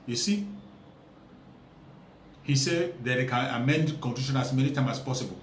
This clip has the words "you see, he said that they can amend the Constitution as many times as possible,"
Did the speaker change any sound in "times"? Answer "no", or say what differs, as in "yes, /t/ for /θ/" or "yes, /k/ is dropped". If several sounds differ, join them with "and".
yes, /z/ is dropped